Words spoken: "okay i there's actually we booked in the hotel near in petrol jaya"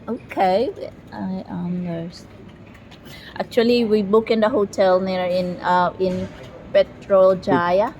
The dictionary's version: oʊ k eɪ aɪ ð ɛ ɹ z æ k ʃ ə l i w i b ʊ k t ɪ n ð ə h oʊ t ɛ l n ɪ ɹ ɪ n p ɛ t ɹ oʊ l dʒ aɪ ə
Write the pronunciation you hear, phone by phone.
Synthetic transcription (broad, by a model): oʊ k eɪ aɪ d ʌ ɹ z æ k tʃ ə l i w i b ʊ k ɪ n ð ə h oʊ t ɛ l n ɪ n ɪ n p ɛ t ɹ oʊ l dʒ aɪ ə